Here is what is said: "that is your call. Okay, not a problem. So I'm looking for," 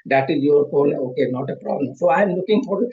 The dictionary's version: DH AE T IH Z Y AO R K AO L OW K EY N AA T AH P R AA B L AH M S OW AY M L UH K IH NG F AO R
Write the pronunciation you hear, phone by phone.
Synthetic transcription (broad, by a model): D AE T IH Z Y AO R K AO N OW K EY N AA T AH P R AA B L AH M S OW AY M L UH K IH NG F AO R